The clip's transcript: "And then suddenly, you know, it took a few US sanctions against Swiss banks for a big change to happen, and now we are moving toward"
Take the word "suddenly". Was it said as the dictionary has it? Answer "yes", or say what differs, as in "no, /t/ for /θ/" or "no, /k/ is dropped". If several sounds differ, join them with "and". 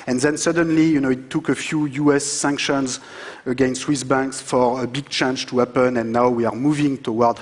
yes